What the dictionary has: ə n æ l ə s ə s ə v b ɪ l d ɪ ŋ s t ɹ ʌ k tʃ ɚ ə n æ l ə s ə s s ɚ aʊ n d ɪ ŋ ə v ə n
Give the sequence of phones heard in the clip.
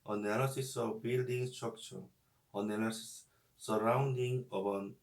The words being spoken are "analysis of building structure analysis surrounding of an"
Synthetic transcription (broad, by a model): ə n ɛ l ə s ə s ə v b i l d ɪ ŋ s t ʌ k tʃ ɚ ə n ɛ n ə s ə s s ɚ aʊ n d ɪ ŋ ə b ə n